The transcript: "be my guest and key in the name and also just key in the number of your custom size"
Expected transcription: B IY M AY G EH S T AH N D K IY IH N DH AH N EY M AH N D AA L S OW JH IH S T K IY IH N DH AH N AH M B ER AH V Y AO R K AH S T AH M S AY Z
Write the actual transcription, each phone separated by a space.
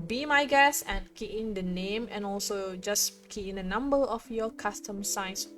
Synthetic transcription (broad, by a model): B IY M AY G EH S AH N K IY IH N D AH N EY M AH N AA L S OW JH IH S K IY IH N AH N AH M B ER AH F Y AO K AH S T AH M S AY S